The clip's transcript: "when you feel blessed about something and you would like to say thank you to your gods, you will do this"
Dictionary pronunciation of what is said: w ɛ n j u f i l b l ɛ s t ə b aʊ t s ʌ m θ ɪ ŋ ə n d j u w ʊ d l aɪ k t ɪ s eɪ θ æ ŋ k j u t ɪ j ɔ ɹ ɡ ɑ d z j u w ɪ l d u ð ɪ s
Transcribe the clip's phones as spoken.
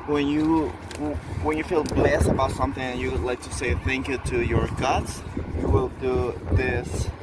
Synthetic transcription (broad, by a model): w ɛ n j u f i l b l ɛ s t ə b aʊ t s ʌ m θ ɪ ŋ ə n j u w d l aɪ k t ɪ s eɪ θ æ ŋ k j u t ɪ j ɔ ɹ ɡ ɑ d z j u w ɪ l d u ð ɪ s